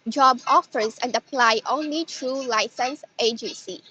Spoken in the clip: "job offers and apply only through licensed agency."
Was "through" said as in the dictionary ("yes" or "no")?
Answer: no